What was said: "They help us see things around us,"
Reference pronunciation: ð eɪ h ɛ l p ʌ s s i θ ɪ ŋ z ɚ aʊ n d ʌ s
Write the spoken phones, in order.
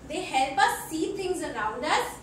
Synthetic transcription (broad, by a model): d eɪ h ɛ l p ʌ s s i t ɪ ŋ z ɚ aʊ n d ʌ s